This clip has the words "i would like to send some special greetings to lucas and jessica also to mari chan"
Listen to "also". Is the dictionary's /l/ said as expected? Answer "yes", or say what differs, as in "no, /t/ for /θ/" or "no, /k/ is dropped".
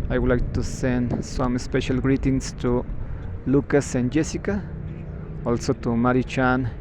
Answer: yes